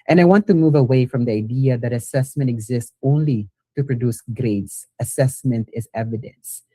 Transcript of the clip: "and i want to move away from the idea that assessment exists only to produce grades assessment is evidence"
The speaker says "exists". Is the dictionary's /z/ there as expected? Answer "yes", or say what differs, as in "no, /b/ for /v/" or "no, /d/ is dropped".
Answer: yes